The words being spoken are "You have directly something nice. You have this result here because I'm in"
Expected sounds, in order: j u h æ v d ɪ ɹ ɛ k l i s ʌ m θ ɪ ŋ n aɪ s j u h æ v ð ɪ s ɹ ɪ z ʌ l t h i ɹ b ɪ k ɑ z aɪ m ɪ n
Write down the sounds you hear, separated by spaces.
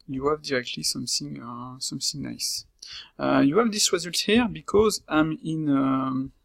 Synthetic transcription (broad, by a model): j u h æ v d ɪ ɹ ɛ k l i s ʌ m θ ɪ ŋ n aɪ s j u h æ v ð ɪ s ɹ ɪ z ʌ l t h i ɹ b ɪ k ɑ z aɪ m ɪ n